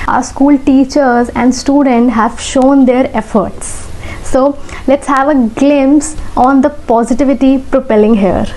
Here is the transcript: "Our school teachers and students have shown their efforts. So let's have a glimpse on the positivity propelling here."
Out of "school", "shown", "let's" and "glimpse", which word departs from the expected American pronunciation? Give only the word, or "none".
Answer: glimpse